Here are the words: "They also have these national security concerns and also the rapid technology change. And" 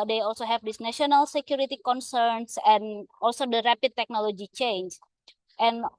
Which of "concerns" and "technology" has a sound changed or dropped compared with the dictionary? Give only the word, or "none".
concerns